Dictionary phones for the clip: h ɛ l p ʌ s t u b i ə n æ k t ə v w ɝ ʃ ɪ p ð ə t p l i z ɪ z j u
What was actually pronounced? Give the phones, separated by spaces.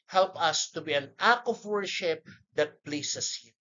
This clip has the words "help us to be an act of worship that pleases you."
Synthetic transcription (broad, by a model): h ɛ l p ʌ s t u b i ə n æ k ə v w ɝ ʃ ɪ p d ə t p l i s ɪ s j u